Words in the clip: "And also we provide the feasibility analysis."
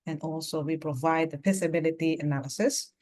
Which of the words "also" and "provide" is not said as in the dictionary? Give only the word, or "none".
none